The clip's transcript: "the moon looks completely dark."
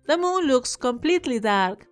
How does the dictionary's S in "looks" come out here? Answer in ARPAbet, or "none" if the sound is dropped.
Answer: S